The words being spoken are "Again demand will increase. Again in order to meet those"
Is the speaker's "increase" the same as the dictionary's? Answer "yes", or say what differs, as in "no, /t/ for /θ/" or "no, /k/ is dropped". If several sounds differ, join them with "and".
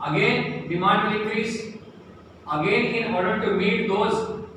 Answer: no, /n/ is dropped